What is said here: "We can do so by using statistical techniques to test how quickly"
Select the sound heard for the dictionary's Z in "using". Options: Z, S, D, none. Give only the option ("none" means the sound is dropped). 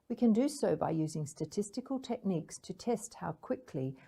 Z